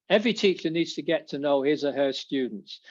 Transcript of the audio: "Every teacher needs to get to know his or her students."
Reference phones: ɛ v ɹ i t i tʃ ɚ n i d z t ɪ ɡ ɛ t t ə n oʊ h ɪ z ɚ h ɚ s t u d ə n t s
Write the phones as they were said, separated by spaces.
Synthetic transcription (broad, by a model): ɛ v ɹ i t i tʃ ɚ n i d z t ɪ ɡ ɛ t t ə n oʊ h ɪ z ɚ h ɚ s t u d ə n t s